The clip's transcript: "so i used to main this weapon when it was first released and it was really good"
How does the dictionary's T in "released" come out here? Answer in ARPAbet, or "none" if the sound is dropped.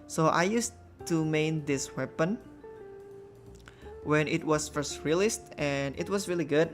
T